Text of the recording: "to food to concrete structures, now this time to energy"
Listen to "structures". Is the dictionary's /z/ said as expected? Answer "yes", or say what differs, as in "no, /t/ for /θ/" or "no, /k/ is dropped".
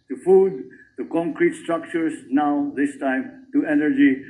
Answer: no, /s/ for /z/